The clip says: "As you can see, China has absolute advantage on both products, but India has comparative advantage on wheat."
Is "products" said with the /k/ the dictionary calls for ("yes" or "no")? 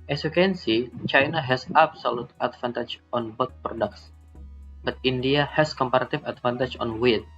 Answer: yes